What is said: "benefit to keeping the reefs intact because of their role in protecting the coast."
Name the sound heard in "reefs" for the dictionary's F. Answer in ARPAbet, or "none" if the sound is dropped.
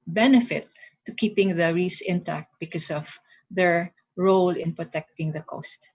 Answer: none